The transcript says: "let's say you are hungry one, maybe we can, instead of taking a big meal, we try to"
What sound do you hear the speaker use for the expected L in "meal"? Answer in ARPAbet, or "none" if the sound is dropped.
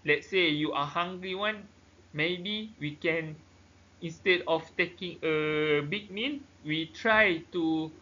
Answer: N